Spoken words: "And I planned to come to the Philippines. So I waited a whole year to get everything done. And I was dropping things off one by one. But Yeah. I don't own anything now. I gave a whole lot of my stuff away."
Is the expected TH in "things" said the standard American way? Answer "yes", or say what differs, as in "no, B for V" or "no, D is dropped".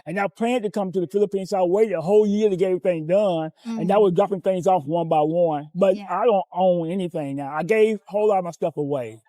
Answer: yes